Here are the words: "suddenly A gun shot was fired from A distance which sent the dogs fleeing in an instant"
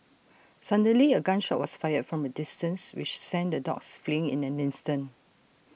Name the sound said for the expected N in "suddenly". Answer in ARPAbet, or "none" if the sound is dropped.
none